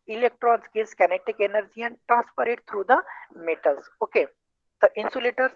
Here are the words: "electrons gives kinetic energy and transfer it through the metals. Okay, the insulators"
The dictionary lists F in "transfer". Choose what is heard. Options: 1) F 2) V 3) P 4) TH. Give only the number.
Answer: 3